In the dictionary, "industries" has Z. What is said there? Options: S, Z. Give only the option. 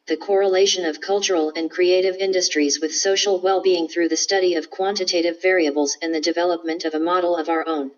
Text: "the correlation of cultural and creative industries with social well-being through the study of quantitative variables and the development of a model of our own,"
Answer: Z